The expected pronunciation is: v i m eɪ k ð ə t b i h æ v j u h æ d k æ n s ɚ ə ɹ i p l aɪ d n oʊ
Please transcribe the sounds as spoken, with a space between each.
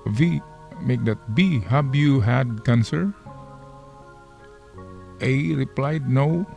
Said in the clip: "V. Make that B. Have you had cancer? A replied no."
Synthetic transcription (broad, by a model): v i m eɪ k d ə t b i h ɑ b j u h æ d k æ n s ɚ ə ɹ i p l aɪ d n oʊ